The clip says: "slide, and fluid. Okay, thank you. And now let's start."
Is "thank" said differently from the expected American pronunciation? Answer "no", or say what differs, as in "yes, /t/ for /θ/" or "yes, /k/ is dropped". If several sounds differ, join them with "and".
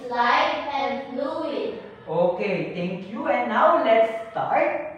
yes, /t/ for /θ/